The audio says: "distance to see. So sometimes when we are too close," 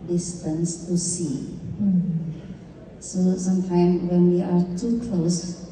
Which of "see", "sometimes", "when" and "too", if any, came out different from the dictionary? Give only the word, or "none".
sometimes